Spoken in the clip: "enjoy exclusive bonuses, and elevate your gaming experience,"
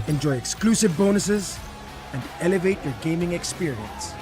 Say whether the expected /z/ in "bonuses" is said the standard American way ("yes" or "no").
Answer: yes